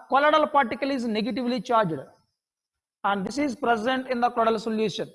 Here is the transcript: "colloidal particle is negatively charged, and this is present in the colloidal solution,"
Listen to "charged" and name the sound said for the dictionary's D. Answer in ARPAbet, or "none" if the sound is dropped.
D